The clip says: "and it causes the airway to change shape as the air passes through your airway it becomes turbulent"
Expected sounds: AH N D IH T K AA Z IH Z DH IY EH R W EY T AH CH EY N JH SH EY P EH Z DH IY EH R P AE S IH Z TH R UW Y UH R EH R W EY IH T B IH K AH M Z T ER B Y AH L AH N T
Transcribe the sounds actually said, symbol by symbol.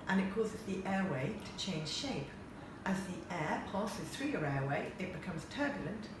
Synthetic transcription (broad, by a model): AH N IH T K AA Z IH Z DH IY EH W EY T AH CH EY N ZH SH EY P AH Z DH IY EH P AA S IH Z TH R UW Y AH R EH W EY IH T B IH K AH M Z T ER B Y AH L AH N T